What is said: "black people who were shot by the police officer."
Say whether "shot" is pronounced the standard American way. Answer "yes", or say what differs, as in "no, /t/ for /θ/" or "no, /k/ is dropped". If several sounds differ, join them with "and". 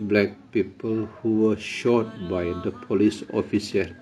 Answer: yes